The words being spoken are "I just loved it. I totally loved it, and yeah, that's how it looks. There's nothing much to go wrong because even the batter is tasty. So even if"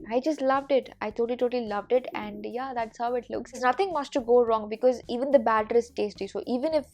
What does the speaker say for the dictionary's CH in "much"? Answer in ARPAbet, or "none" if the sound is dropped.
S